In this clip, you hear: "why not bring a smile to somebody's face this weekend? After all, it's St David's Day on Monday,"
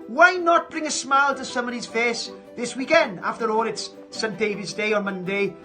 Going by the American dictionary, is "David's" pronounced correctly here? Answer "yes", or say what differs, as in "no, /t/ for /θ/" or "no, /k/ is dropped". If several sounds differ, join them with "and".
yes